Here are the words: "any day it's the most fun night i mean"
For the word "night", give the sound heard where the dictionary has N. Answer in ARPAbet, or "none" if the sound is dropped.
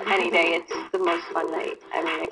L